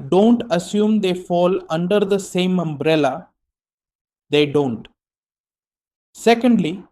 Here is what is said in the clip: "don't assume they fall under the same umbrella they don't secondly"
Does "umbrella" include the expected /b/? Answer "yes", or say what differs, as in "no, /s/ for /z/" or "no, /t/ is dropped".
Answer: yes